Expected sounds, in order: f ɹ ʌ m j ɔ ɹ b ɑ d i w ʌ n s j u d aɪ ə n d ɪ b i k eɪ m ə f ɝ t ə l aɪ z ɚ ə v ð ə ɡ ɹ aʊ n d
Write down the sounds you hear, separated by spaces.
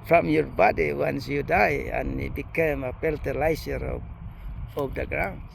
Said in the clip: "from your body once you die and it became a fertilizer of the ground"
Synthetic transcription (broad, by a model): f ɹ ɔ m j ɔ ɹ b ɑ d i w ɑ n s j u d aɪ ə n ɪ b i k eɪ m ə p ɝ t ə l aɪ s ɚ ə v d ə ɡ ɹ aʊ n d